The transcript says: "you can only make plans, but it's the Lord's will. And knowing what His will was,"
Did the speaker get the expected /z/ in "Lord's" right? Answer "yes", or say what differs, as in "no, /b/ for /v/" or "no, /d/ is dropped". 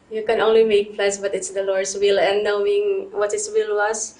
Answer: no, /s/ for /z/